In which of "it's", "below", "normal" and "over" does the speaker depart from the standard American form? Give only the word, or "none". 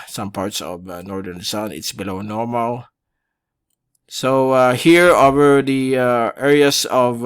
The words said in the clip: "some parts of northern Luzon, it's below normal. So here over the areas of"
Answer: none